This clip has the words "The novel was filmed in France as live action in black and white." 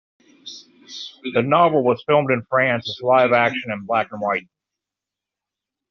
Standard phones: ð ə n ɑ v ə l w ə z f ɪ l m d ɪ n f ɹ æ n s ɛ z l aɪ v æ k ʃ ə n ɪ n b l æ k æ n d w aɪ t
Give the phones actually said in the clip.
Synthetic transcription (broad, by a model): ð ə n ɑ v l w ə z f ɪ l m d ɪ n f ɹ æ n s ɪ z l aɪ v æ k ʃ ə n ɪ n b l æ k n w aɪ t